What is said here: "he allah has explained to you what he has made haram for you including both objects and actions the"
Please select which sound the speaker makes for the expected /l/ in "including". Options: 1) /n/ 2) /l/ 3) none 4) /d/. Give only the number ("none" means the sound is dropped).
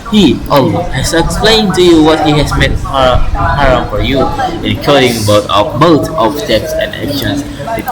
3